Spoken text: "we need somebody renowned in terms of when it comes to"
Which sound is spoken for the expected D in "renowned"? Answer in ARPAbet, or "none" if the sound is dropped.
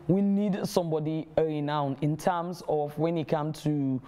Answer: none